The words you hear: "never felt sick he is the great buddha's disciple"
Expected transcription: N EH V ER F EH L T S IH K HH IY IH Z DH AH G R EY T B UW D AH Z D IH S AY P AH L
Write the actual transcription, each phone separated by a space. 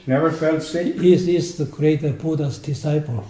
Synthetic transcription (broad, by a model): N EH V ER F EH L T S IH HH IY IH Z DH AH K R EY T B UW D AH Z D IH S AY P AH L